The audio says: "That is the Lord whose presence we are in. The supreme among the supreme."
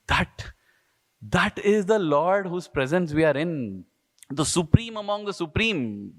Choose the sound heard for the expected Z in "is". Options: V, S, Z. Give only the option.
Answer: Z